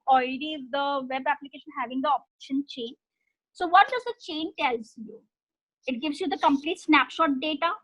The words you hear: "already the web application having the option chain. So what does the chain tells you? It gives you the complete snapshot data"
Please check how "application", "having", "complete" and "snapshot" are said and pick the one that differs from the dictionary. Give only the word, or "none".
none